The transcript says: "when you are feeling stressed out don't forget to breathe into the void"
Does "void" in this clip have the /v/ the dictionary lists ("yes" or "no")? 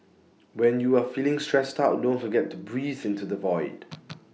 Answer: yes